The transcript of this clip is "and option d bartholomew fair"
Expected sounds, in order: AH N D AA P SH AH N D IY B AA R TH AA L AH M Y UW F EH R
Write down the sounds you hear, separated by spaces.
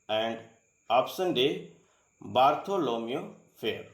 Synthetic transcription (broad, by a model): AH N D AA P S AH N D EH B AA R T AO L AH M Y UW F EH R